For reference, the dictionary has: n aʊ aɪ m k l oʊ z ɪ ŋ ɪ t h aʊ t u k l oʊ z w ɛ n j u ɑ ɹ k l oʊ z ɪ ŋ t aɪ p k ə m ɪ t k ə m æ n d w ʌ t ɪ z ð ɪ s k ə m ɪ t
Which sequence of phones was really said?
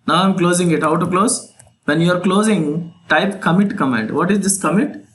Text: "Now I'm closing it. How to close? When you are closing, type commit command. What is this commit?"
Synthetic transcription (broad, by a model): n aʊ aɪ m k l oʊ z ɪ ŋ ɪ t h aʊ t u k l oʊ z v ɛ n j u ɑ ɹ k l oʊ z ɪ ŋ t aɪ p k ə m ɪ t k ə m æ d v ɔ t ɪ z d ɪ s k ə m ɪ t